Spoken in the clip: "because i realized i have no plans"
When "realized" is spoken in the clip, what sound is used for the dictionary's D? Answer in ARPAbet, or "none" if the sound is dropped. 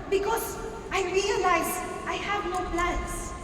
none